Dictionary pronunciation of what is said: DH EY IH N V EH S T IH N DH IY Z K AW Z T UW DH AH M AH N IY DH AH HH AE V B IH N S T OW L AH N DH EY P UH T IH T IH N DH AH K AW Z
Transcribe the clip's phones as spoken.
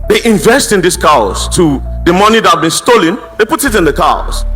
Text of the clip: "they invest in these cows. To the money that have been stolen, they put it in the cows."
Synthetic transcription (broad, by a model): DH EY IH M V EH S T IH N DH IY S K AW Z T UW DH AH M AH N IY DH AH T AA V B IH N S T OW L AH N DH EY P UH T IH T IH N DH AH K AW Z